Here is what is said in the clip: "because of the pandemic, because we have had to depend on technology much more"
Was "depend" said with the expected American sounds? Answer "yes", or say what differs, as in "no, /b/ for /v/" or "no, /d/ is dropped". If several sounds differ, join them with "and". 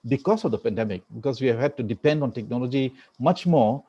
yes